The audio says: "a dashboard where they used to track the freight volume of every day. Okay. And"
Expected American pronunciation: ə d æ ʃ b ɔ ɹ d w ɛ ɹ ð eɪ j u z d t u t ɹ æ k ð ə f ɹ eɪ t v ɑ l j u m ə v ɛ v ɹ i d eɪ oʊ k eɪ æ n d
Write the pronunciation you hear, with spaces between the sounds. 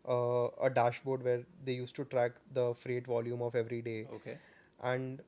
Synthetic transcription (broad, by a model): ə d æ ʃ b ɔ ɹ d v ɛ ɹ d eɪ j u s t u t ɹ æ k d ə f ɹ eɪ t v ɑ l j u m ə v ɛ v ɹ i d eɪ oʊ k eɪ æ n d